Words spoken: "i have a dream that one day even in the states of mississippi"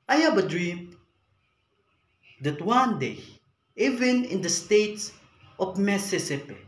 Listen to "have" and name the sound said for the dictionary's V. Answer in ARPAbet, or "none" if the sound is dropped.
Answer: B